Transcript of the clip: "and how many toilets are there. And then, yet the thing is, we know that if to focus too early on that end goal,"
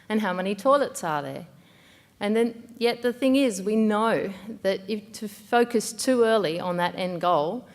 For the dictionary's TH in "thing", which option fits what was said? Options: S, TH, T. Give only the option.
TH